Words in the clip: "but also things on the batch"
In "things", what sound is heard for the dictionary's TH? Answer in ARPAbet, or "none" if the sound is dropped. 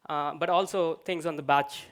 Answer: T